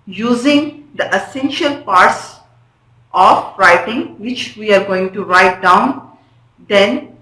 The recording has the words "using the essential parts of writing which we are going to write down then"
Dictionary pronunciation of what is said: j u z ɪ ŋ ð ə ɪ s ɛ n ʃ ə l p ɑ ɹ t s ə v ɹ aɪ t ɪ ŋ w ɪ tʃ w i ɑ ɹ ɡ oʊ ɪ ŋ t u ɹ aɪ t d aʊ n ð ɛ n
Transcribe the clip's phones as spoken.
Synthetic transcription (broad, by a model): j u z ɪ ŋ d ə ɪ s ɛ n ʃ ə l p ɑ ɹ t s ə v ɹ aɪ t ɪ ŋ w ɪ tʃ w i ɑ ɹ ɡ oʊ ɪ ŋ t u ɹ aɪ t d aʊ n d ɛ n